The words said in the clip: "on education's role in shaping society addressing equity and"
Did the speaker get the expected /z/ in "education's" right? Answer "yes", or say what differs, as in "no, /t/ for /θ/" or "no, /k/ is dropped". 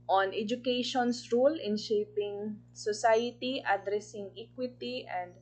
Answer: no, /s/ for /z/